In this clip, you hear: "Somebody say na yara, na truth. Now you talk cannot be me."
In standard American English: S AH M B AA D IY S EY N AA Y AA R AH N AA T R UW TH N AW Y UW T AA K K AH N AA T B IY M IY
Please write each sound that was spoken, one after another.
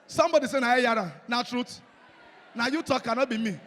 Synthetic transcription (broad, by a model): S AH M B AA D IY S EY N AA Y AA R AH N AA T R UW T N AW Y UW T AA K K AH N AA T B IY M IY